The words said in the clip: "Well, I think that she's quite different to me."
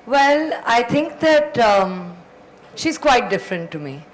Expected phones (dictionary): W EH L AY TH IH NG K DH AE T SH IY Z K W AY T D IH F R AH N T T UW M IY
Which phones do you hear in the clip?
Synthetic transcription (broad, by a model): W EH L AY T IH NG K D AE T SH IY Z K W AY T D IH F R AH N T T UW M IY